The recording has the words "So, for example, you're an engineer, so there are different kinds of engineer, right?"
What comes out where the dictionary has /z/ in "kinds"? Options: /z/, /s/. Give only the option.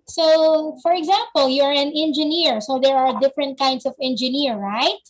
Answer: /s/